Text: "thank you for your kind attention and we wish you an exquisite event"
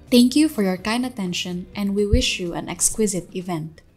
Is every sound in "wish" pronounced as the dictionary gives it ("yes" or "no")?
yes